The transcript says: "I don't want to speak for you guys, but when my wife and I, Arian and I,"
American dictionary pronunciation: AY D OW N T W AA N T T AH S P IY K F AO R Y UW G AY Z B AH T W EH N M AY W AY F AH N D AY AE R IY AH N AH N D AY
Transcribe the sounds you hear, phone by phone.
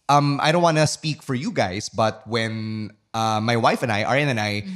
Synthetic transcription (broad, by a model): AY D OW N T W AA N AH S P IY K F AO R Y UW G AY S B AH T W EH N M AY W AY F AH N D AY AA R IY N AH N AY